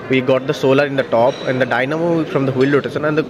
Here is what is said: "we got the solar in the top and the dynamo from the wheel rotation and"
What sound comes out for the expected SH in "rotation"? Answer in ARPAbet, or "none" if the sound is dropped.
S